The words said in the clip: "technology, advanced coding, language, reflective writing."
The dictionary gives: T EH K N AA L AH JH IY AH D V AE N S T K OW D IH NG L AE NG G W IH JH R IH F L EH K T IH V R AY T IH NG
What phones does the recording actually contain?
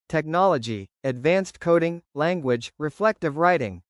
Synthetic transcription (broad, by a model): T EH K N AA L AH JH IY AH D V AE N S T K OW D IH NG L AE NG G W IH JH R IH F L EH K T IH V R AY T IH NG